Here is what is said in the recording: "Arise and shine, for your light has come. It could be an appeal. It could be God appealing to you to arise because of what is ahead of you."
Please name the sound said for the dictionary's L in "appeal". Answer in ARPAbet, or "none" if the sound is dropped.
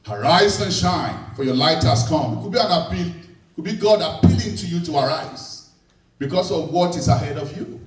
W